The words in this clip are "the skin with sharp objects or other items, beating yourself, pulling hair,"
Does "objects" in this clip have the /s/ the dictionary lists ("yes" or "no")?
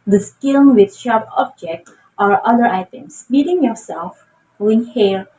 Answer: no